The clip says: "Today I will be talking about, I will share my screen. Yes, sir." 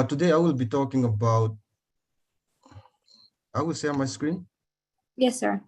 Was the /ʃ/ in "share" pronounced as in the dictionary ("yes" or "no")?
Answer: no